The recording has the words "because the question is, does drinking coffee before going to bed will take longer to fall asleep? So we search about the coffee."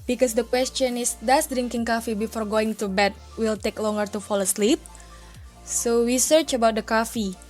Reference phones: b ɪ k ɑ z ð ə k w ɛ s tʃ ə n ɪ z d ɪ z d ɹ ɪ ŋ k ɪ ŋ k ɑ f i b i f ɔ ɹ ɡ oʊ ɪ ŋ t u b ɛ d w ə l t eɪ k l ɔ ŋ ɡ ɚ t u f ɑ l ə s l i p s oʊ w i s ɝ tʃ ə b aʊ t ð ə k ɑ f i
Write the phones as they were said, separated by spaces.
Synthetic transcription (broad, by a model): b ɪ k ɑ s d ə k w ɛ s tʃ ə n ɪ s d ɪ s d ɹ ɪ ŋ k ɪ ŋ k ɑ f i b i f ɔ ɹ ɡ oʊ ɪ ŋ t u b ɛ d w ə l t eɪ k l ɔ ŋ ɡ ɚ t u f ɑ l ə s l i p s oʊ w i s ɝ tʃ ə b aʊ t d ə k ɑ f i